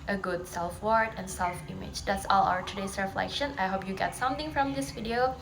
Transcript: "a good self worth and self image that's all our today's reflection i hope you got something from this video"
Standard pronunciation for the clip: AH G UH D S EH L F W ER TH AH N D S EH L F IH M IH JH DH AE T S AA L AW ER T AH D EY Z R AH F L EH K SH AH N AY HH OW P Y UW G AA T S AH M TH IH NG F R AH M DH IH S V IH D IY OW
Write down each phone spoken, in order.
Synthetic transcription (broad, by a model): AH G UH D S EH L F W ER T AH N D S EH L F IH M IH JH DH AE T S AA L AW ER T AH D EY S R AH F L EH K SH AH N AY HH OW P Y UW G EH T S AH M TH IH NG F R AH M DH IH S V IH D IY OW